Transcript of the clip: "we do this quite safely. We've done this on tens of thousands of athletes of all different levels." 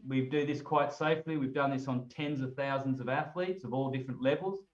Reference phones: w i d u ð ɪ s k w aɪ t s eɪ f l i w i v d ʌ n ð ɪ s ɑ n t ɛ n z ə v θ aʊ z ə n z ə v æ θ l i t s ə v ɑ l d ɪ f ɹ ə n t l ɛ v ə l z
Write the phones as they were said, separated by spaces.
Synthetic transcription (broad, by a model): w i d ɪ ð ɪ s k w aɪ t s eɪ f l i w i v d ʌ n ð ɪ s n t ɛ n z ə v θ aʊ z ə n z ə v æ θ l i t s ə v ɑ l d ɪ f ɹ ə n t l ɛ v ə l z